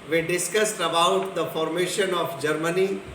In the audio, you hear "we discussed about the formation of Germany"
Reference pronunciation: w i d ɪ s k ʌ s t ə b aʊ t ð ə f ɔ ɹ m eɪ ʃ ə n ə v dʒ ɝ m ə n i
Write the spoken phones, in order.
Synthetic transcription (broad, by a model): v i d ɪ s k ʌ s t ə b aʊ t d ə f ɔ ɹ m eɪ ʃ ə n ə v dʒ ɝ m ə n i